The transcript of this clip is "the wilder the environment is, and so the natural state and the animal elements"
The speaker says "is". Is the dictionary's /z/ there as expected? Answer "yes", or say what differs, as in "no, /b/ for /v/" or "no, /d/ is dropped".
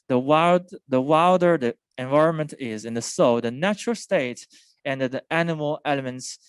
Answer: yes